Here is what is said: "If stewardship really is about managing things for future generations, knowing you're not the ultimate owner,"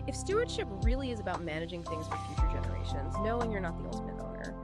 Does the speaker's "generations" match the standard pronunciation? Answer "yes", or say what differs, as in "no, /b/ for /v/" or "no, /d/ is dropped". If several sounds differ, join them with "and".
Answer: yes